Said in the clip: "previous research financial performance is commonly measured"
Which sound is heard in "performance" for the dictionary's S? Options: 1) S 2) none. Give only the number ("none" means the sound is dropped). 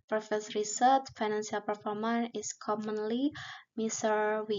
2